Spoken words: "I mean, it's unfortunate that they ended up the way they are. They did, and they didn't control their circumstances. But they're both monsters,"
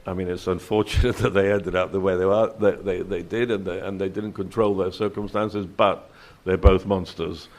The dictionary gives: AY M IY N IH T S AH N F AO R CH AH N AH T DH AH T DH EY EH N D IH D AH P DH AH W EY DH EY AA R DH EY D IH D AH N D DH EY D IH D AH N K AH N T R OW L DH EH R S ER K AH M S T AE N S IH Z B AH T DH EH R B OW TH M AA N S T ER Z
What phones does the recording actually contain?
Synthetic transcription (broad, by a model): AY M IY N IH T S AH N F AO R CH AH N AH T DH AH T DH EY EH N D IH D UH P DH AH W EY DH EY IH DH DH EY D IH D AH N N DH EY D IH D N K AH N T R OW L DH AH R S ER K AH M S T AE N S IH Z B AH T DH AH R B OW TH M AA N S T ER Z